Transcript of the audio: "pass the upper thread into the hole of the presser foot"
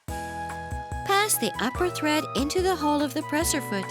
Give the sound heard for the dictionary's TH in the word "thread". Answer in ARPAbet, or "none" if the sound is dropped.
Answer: TH